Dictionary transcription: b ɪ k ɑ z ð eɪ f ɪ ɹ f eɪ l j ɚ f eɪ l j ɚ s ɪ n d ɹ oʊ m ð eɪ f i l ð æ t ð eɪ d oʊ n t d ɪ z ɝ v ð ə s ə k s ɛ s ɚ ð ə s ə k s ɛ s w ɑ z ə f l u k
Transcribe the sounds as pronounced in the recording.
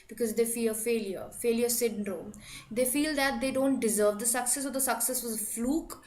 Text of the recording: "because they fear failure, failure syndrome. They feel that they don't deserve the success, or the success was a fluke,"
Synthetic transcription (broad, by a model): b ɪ k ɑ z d eɪ f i l f eɪ l j ɚ f eɪ l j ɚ s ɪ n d ɹ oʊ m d eɪ f i l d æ t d eɪ d oʊ n t d ɪ z ɝ v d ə s ə k s ɛ s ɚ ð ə s ə k s ɛ s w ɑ z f l u k